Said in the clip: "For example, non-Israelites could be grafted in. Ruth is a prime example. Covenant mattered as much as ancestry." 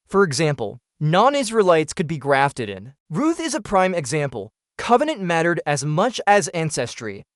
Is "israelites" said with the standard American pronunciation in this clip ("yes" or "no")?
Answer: yes